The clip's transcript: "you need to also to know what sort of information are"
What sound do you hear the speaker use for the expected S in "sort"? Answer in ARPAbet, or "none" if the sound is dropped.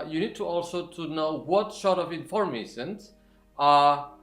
SH